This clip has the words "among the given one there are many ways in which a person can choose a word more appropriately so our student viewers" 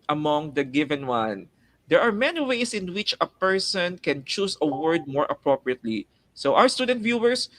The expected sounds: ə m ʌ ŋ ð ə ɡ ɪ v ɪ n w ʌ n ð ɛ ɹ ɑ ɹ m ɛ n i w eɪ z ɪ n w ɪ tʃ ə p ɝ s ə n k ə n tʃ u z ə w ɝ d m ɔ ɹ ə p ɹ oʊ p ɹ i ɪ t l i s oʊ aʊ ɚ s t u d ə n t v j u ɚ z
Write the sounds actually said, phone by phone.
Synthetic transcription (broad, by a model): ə m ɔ ŋ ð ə ɡ ɪ v ɪ n w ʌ n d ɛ ɹ ɑ ɹ m ɛ n i w eɪ s ɪ n w ɪ tʃ ə p ɝ s ə n k ə n tʃ u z ə w ɝ d m ɔ ɹ ə p ɹ oʊ p ɹ i ɪ t l i s oʊ aʊ ɚ s t u d ə n t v j u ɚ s